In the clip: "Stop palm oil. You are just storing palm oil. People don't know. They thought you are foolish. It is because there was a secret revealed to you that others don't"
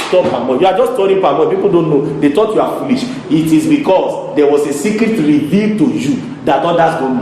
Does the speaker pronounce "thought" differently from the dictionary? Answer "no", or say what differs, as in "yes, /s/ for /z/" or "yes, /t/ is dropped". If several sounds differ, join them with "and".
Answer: yes, /t/ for /θ/